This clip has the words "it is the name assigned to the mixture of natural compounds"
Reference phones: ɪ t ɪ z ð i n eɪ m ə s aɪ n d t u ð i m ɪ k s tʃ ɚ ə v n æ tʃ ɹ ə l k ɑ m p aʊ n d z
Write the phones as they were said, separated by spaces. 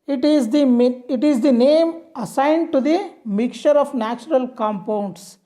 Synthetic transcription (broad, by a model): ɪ t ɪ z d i n eɪ m ə s aɪ n d t u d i m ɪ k tʃ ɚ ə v n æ tʃ ɹ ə l k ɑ m p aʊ n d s